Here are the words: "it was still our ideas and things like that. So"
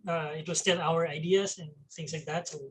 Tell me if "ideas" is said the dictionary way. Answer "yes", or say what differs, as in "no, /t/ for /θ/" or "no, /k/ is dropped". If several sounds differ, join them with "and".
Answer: no, /s/ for /z/